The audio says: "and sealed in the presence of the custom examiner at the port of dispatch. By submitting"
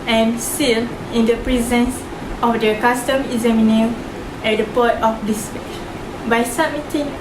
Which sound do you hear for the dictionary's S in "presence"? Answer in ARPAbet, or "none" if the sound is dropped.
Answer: S